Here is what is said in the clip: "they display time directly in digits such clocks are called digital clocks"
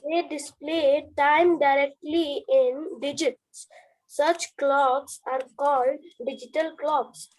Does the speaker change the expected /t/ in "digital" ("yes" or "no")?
no